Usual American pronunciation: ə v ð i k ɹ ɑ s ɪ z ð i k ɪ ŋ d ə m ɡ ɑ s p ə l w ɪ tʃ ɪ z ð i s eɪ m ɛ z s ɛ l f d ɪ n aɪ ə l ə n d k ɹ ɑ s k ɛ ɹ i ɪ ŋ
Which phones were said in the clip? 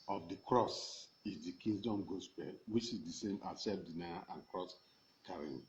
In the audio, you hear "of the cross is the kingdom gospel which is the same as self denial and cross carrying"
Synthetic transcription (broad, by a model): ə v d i k ɹ ɑ s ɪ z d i k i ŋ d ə m ɡ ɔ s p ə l w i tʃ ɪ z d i s eɪ m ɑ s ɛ f d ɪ n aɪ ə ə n k ɹ ɑ s k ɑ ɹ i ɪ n